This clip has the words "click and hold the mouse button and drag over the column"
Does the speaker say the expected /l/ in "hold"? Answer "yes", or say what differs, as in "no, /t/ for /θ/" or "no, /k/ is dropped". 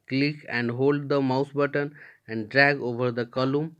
yes